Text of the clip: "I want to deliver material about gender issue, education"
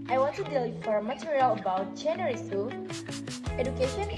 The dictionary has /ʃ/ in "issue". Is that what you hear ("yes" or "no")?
no